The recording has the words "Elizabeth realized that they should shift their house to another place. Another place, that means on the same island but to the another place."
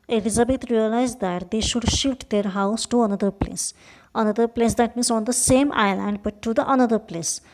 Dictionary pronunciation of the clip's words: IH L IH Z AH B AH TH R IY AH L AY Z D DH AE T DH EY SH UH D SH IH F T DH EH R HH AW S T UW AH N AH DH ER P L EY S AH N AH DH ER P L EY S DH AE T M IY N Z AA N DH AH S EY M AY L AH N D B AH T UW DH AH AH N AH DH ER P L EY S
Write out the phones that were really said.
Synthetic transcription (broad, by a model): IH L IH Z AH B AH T R IY AH L AY Z D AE T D EY SH UH D SH IH F T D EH R HH AW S T UW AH N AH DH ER P L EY S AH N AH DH ER P L EY S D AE T M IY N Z AA N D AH S EY M AY L AH N D B AH T UW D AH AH N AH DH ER P L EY S